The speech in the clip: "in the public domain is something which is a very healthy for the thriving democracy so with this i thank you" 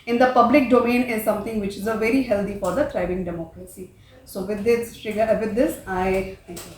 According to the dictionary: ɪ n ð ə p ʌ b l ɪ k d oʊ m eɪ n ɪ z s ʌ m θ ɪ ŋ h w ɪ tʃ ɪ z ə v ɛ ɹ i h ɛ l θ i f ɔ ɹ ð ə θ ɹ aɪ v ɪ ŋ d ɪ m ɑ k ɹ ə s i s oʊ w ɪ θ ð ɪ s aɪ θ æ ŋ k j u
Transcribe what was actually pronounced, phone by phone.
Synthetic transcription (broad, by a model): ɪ n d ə p ʌ b l ɪ k d oʊ m eɪ n ɪ z s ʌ m t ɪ ŋ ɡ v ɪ tʃ ɪ z ə v ɛ ɹ i h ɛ l t i f ɔ ɹ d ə t ɹ aɪ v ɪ ŋ d ɪ m ɑ k ɹ ə s i s oʊ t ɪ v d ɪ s aɪ t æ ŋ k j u